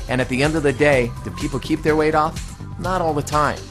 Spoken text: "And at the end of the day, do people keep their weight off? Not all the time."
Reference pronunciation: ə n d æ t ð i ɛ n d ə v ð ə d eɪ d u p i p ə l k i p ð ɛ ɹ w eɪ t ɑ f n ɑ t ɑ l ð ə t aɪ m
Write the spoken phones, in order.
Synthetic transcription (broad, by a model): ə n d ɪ t ð i ɛ n d ə v ð ə d eɪ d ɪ p i p l k i p ð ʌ ɹ w eɪ t ɑ f n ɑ t ɑ l ð ə t aɪ m